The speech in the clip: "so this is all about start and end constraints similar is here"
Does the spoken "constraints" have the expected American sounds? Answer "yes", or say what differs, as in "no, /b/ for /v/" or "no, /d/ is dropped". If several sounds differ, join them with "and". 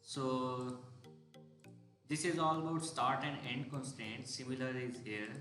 no, /ɹ/ is dropped